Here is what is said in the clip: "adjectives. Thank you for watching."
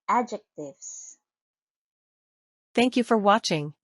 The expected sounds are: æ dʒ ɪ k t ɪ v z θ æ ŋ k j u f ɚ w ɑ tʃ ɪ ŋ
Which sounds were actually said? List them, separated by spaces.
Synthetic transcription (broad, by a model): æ dʒ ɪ k t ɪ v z θ æ ŋ k j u f ɚ w ɑ tʃ ɪ ŋ